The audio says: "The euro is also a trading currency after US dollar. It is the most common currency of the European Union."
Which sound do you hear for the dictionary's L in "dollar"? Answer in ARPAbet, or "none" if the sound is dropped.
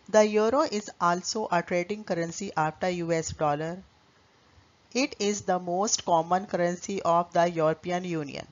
L